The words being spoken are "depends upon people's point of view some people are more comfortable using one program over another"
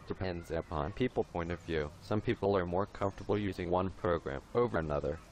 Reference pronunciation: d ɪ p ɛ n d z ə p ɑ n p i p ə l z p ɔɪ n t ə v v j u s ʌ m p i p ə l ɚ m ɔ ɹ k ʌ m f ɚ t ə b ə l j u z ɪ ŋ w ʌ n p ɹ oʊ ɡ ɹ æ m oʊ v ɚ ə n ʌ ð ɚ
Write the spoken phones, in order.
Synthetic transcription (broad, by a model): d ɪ p ɛ n d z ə p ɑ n p i p l p ɔɪ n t ə v v j u s ʌ m p i p l ɚ m ɔ ɹ k ʌ m f t ə b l j u z ɪ ŋ w ʌ n p ɹ oʊ ɡ ɹ æ m oʊ v ɚ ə n ʌ ð ɚ